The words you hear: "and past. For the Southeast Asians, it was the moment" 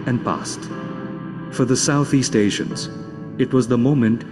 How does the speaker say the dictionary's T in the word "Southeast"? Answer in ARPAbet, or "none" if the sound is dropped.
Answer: T